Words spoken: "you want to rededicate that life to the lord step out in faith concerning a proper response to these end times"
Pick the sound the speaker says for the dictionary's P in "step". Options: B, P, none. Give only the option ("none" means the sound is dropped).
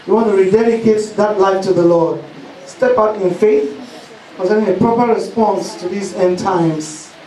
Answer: P